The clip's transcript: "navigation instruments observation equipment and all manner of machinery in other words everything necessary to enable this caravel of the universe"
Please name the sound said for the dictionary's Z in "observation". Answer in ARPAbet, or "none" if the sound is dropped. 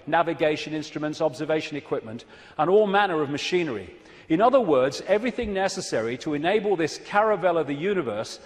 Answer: Z